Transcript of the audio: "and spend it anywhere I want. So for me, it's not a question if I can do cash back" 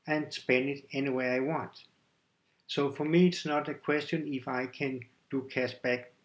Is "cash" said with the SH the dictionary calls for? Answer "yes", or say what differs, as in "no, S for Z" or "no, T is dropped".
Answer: no, S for SH